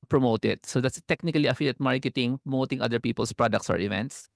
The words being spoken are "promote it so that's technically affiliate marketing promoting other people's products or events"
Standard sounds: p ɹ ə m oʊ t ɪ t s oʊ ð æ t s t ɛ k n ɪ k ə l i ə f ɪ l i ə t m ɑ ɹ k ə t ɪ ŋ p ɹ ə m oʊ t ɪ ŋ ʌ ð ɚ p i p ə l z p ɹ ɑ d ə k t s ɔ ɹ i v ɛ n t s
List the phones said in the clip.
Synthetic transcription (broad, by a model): p ɹ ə m oʊ t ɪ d s oʊ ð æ t s t ɛ k n ɪ k ə l i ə f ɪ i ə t m ɑ ɹ k ə t ɪ ŋ p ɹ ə m oʊ t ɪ ŋ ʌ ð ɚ p i p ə l s p ɹ ɑ d ə k t s ɔ ɹ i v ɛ n t s